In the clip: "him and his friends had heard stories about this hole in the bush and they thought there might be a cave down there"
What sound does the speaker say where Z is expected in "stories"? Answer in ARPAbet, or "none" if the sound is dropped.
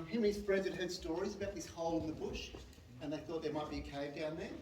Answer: Z